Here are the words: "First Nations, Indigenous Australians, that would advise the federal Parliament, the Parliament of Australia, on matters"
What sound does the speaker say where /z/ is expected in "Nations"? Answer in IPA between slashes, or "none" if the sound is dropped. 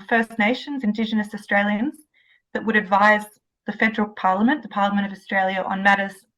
/z/